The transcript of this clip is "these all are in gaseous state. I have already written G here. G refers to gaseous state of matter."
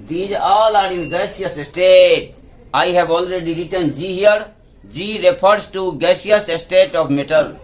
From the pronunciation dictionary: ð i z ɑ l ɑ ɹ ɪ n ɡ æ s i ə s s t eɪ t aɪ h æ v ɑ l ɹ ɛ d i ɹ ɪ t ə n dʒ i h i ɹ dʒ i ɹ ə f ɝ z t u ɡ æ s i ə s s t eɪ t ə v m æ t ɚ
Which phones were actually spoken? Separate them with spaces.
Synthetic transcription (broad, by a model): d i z ɑ l ɑ ɹ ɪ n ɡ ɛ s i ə s s t eɪ t aɪ h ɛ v ɑ l ɹ ɛ d i ɹ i t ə n dʒ i h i ɹ dʒ i ɹ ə p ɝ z t u ɡ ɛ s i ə s s t eɪ t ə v m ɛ t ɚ